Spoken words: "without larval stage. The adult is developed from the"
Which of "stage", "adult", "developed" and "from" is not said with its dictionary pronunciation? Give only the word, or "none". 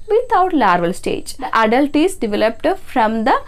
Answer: none